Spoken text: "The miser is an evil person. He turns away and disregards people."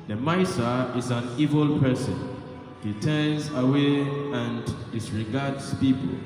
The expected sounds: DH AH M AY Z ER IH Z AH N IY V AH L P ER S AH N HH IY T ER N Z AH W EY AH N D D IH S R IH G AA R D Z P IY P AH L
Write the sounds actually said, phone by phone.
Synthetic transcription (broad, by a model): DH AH M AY S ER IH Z AH N IY V AH L P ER S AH N HH IY T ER N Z AH W EY AH N D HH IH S R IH G AA D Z P IY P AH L